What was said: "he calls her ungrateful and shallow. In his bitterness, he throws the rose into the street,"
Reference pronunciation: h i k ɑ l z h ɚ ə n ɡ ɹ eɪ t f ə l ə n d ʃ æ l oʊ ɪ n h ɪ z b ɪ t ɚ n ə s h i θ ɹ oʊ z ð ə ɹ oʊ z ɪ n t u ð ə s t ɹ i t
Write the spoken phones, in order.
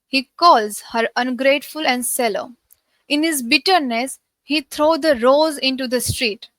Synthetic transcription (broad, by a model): h i k ɑ l z h ɚ ə n ɡ ɹ eɪ t f ə l ə n d s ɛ l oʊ ɪ n h ɪ z b ɪ t ɚ n ə s h i t ɹ oʊ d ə ɹ oʊ z ɪ n t u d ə s t ɹ i t